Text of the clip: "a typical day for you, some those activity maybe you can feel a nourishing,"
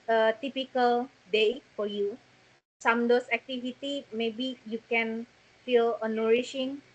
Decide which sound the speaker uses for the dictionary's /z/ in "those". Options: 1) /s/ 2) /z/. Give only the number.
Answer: 1